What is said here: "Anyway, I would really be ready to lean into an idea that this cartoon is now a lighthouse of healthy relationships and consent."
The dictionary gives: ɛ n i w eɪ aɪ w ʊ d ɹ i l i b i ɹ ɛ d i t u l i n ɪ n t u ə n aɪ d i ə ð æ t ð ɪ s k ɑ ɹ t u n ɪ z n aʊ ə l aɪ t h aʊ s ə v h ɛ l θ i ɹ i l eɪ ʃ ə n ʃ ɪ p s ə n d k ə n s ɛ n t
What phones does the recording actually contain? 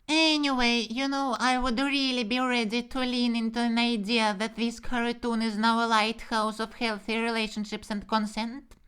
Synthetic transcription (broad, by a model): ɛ n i w eɪ aɪ w ʊ d ɹ i l i b i ɹ ɛ d i t u l i n ɪ n t u ə n aɪ d i ə ð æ t ð ɪ s k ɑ ɹ t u n ɪ z n aʊ ə l aɪ t h aʊ s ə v h ɛ l θ i ɹ i l eɪ ʃ ə n ʃ ɪ p s ə n d k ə n s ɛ n t